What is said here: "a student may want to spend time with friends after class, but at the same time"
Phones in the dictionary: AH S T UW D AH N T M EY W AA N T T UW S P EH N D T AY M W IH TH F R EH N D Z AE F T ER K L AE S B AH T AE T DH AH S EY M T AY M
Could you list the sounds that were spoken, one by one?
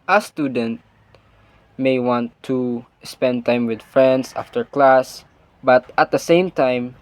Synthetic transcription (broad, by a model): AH S T UW D AH N T M EY W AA N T T UW S P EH N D T AY M W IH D F R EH N D S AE F T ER K L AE S B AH T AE T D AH S EY M T AY M